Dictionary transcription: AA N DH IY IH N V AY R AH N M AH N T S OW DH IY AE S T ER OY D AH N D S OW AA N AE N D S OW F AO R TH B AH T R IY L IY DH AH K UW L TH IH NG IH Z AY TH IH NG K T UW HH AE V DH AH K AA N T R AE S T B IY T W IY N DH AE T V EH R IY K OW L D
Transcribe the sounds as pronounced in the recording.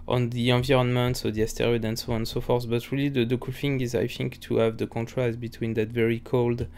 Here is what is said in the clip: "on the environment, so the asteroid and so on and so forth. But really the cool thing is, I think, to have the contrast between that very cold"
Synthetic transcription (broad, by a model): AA N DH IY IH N V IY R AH N M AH N T S OW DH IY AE S T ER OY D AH N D S OW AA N N S OW F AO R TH B AH T R IY L IY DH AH K UW L F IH NG IH Z AY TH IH NG K T UW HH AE V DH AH K AA N T R AE S T B IY T W IY N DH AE T V EH R IY K OW L D